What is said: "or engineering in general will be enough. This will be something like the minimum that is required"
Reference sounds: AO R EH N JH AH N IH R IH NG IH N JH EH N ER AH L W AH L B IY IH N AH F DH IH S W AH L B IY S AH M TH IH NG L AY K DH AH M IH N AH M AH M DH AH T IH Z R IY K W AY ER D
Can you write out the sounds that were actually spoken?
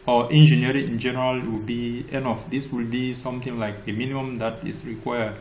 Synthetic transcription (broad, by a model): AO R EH N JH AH N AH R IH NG IH N JH EH N ER AH L W AH L B IY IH N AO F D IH S W AH L B IY S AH M T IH NG L AY K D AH M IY N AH M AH M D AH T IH S R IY K W AY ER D